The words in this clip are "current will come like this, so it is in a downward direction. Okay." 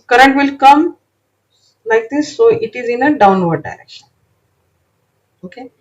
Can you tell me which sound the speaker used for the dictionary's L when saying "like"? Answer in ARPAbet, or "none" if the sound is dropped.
N